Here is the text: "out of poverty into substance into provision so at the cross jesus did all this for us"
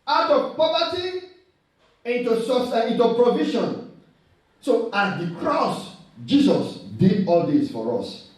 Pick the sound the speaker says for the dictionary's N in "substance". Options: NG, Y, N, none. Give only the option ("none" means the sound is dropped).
none